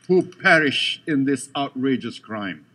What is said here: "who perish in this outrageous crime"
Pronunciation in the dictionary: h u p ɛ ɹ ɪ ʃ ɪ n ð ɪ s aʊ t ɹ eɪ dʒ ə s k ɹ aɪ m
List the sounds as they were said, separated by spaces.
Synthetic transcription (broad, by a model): h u p ɛ ɹ ɪ ʃ ɪ n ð ɪ s aʊ t ɹ eɪ dʒ ə s k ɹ aɪ m